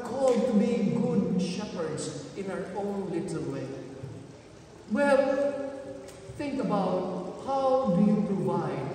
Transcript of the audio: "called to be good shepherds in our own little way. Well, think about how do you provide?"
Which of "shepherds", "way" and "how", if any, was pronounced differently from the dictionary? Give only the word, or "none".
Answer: none